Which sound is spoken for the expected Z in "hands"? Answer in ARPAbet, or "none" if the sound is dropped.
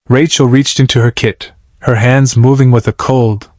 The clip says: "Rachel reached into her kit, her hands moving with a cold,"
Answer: Z